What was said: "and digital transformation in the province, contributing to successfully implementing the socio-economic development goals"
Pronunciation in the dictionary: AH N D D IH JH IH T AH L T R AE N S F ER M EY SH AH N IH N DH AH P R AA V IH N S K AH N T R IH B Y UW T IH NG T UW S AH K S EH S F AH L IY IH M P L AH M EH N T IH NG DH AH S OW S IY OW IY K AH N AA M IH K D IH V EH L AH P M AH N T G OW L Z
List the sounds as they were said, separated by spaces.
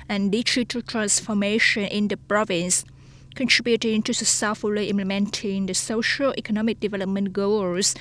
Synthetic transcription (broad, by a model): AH N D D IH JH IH T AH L T R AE N S F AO M EY SH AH N IH N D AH P R AA V IH N S K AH N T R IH B Y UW T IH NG T UW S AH S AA F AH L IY IH M P L AH M EH N T IH NG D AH S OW SH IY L IY K AH N AA M IH K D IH V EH L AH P M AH N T G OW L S